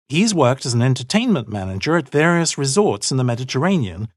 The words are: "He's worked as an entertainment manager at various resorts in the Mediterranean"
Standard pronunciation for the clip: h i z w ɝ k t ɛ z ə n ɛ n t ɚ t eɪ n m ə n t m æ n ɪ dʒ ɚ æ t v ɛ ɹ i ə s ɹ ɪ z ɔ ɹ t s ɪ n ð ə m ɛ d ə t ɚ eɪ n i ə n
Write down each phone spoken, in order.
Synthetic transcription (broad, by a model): h i z w ɝ k t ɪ z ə n ɛ n t ɚ t eɪ n m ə n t m æ n ɪ dʒ ɚ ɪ t v ɛ ɹ i ə s ɹ ɪ z ɔ ɹ t s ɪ n ð ə m ɛ d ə t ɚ eɪ n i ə n